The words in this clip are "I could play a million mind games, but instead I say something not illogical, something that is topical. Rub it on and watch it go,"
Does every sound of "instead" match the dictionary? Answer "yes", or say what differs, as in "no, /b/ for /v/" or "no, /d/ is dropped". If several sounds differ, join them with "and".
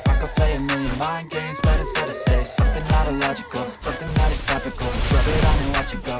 no, /n/ is dropped